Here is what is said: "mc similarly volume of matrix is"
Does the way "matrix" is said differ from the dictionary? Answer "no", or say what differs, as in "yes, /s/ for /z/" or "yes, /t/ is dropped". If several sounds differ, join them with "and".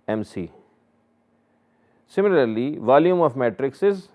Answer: no